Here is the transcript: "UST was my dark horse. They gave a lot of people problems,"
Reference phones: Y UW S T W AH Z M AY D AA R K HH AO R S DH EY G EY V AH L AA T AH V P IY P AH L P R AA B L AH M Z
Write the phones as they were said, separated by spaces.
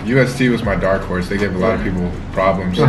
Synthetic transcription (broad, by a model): Y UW S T W AH Z M AY D AA R K HH AO R S DH EY G EY V AH L AA T AH V P IY P L P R AA B L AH M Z